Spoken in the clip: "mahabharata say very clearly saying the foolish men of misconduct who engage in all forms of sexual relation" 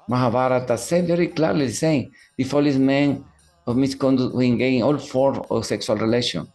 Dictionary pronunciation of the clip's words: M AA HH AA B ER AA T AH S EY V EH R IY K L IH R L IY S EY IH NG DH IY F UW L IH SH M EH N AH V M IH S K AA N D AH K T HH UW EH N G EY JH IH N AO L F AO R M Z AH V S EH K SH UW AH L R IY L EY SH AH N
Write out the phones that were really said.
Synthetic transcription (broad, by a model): M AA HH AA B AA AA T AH S EY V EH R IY K L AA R L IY S EY IH NG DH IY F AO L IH S M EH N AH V M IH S K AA N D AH T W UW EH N G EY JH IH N AO L F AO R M AH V S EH K S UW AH L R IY L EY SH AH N